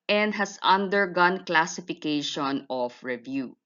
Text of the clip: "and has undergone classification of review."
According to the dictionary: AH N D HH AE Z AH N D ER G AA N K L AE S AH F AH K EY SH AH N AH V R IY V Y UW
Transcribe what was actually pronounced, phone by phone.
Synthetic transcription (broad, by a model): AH N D HH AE S AH N D ER G AA N K L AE S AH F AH K EY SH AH N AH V R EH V Y UW